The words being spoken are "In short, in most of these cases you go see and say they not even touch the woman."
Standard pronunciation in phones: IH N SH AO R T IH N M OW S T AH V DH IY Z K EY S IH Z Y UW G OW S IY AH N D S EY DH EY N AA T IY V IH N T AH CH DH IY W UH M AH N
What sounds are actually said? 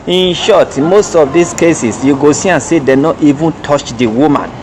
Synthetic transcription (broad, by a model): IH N SH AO T M OW S T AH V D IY S K EY S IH S Y UW G OW S IY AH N S EY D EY N AA T IY V IH N T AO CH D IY W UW M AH N